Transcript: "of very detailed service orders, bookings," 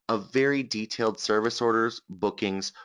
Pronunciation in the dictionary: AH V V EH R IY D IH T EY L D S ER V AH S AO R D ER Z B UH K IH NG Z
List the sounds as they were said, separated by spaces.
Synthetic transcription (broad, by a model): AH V V EH R IY D IH T EY L D S ER V AH S AO R D ER Z B UH K IH NG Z